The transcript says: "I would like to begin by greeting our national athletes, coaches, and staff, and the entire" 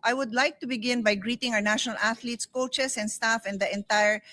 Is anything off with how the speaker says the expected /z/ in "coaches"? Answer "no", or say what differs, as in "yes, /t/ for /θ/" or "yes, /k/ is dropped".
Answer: yes, /s/ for /z/